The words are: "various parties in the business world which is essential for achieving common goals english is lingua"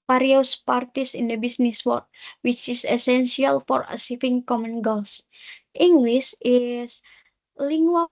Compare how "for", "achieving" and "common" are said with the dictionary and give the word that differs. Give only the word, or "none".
achieving